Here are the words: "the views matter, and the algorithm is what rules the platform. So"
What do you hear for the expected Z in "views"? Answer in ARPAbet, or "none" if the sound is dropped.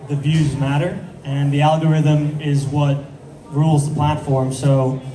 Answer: Z